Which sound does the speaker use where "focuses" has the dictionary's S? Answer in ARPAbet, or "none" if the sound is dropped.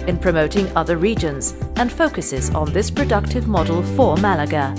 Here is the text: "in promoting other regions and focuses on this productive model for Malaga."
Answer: S